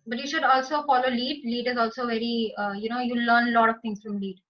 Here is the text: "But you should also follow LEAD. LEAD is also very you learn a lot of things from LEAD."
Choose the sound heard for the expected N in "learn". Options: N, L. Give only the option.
L